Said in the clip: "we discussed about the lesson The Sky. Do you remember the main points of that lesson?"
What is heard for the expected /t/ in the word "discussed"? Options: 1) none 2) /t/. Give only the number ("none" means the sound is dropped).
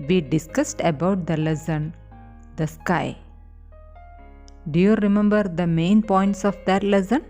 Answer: 2